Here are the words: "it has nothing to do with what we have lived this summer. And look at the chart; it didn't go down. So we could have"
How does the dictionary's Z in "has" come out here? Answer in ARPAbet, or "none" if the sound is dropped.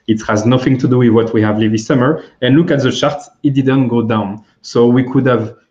Z